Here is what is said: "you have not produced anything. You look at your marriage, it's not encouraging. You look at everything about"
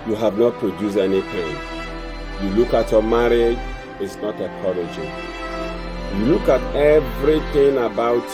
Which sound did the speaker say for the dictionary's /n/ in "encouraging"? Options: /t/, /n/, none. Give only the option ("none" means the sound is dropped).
none